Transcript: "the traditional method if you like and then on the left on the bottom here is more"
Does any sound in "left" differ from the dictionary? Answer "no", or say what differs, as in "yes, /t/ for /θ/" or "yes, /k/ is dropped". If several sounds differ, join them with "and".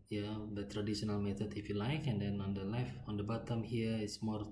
yes, /t/ is dropped